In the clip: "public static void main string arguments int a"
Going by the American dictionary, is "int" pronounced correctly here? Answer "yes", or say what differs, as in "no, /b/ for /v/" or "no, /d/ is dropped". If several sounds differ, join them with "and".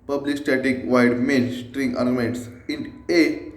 no, /t/ is dropped